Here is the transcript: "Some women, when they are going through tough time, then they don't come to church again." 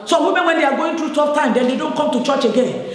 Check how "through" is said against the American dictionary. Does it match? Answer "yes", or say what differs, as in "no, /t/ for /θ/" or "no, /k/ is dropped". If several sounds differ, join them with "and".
no, /t/ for /θ/